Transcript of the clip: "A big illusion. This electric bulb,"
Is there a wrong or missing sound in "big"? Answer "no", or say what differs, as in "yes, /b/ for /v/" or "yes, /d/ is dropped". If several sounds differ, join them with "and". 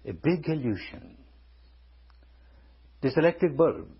no